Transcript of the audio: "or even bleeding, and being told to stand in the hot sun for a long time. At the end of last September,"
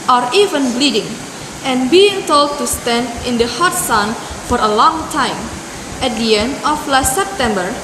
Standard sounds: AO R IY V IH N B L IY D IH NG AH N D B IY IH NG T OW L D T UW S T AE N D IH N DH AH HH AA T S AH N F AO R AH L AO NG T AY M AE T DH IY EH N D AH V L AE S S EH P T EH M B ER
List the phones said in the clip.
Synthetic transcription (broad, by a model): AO R IY V IH N B L IY D IH NG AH N B IY IH NG T OW L D T UW S T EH N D IH N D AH HH AA T S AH N F AO R AH L AO NG T AY M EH T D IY EH N D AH F L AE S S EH P T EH M B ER